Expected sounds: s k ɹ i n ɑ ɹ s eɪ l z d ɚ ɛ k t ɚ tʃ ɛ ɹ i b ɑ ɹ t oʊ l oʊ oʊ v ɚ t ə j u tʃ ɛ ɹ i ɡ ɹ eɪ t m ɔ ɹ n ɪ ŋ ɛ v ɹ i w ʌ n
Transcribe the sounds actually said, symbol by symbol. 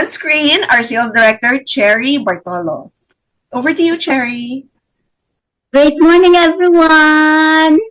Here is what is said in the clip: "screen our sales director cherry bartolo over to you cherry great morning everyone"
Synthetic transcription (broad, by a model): s k ɹ i n ɑ ɹ s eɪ l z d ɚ ɛ k t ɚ tʃ ɛ ɹ i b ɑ ɹ t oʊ l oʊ oʊ v ɚ t ə j u tʃ ɛ ɹ i ɡ ɹ eɪ t m ɔ ɹ n ɪ ŋ ɛ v ɹ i w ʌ n